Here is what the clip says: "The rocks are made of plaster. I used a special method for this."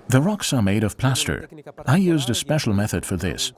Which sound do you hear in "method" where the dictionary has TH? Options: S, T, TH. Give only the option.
TH